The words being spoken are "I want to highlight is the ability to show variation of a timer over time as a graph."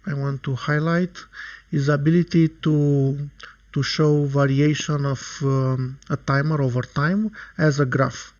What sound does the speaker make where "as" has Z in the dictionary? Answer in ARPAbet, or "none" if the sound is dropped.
Z